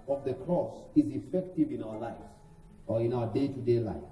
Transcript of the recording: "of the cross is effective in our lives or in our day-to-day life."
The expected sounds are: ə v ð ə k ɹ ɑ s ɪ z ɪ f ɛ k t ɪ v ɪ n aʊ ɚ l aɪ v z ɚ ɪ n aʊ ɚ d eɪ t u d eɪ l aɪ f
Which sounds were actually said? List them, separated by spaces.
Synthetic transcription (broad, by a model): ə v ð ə k ɹ ɑ s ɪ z ɪ f ɛ k t ɪ v ɪ n aʊ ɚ l aɪ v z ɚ ɪ n aʊ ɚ d eɪ t u d eɪ l aɪ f